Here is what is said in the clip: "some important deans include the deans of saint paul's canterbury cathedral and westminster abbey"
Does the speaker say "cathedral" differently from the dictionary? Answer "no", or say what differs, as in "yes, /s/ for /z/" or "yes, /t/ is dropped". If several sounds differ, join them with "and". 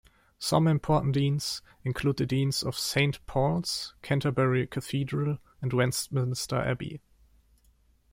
no